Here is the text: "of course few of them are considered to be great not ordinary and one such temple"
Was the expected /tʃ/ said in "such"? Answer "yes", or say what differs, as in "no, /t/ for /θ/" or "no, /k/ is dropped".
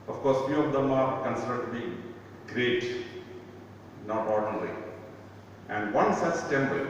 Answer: no, /s/ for /tʃ/